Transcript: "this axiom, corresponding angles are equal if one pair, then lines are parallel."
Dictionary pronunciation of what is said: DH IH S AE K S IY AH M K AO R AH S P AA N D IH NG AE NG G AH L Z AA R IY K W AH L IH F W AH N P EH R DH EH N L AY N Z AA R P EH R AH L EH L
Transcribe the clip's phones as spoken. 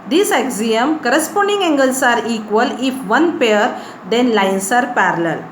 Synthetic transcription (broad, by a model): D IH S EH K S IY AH M K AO R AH S P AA N D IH NG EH NG G AH L S AA R IY K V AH L IH F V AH N P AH R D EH N L AY N S AA R P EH R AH L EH L